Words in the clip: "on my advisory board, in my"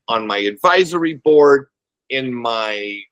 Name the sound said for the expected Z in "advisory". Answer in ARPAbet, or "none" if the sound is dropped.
Z